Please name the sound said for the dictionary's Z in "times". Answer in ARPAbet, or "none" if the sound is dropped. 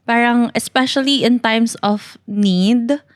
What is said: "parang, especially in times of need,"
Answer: S